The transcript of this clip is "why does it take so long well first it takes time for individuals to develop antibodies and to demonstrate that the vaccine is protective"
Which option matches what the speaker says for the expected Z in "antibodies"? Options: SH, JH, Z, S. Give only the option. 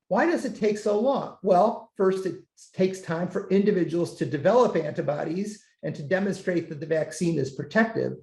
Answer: Z